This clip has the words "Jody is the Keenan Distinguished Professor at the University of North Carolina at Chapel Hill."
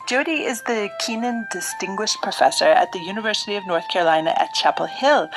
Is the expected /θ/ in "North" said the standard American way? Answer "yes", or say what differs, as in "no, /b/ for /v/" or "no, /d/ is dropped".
yes